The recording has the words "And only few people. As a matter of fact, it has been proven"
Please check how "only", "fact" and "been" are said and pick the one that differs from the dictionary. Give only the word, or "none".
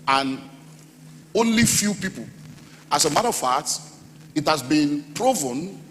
fact